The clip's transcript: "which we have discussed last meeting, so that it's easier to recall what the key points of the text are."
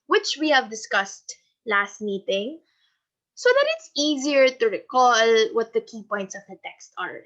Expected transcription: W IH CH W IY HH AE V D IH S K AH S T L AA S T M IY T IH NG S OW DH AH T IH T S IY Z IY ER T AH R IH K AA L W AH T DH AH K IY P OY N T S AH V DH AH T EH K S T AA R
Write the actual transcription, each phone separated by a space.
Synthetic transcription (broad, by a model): W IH CH W IY HH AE V D IH S K AH S T L AA S T M IY T IH NG S OW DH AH T IH T S IY Z IY ER T AH R IH K AA L W AH T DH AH K IY P OY N T S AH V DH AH T EH K S T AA R